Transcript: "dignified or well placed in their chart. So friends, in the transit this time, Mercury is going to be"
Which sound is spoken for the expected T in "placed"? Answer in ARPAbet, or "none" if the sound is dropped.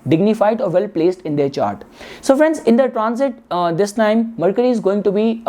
T